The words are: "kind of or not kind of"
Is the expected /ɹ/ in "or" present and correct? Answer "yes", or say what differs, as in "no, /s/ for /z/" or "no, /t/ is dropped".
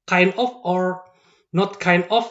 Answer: yes